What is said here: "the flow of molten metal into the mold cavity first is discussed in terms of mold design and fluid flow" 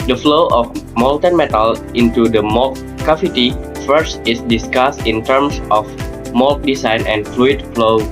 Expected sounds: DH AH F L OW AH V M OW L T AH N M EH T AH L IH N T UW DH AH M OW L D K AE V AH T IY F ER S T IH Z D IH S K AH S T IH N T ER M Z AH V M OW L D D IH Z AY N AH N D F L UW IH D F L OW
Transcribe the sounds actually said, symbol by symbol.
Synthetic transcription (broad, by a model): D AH F L OW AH F M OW L T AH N M EH T AH L IH N T UW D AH M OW L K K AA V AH T IY F ER S T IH S D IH S K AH S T IH N T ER M S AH F M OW L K D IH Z AY N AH N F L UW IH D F L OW